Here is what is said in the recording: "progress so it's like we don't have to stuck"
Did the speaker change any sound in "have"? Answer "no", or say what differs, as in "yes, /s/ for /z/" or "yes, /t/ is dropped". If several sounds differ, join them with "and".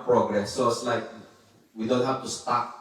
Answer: yes, /f/ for /v/